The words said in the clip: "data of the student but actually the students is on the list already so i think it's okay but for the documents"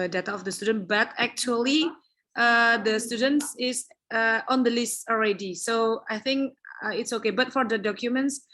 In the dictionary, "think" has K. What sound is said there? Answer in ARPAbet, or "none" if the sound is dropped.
K